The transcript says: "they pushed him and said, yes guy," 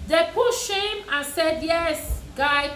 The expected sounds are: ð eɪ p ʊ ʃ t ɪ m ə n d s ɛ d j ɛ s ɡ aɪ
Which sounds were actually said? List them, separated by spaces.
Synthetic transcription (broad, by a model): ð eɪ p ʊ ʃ ɪ m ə n s ɛ d j ɛ s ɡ aɪ